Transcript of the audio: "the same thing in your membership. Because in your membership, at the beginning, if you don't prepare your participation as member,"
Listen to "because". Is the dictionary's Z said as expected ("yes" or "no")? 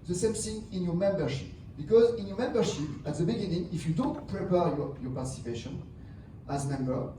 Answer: yes